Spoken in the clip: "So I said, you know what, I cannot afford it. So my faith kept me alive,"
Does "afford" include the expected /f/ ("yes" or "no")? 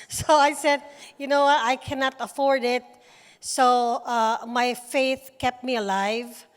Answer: yes